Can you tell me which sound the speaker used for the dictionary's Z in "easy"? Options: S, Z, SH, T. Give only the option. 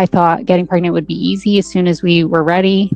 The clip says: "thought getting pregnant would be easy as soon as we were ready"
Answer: Z